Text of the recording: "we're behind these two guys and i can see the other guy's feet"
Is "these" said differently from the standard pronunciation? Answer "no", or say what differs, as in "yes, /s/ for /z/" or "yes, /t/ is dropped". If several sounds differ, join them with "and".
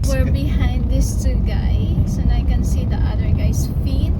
yes, /s/ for /z/